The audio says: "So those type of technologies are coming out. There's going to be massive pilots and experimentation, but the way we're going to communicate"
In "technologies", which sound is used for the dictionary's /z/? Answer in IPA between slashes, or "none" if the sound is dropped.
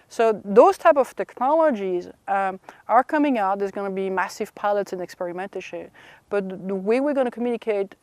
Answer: /z/